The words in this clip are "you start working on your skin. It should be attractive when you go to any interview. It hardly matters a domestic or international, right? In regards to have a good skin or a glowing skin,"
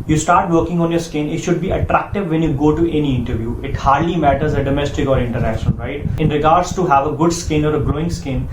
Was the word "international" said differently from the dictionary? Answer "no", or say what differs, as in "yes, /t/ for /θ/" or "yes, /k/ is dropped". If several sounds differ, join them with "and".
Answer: yes, /n/ is dropped and /n/ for /l/